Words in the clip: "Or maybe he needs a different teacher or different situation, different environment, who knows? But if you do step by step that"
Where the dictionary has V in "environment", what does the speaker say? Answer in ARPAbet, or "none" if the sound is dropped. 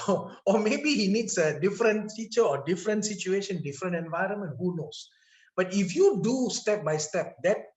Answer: V